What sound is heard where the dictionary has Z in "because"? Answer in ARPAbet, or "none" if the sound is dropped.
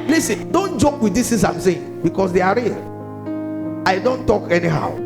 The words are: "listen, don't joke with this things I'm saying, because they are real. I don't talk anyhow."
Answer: S